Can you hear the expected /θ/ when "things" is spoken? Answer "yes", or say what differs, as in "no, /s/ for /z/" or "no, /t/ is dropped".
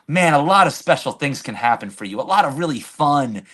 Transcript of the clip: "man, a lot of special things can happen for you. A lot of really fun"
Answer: yes